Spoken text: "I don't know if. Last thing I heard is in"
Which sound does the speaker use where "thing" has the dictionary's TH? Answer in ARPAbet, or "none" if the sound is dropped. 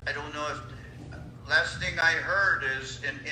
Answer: TH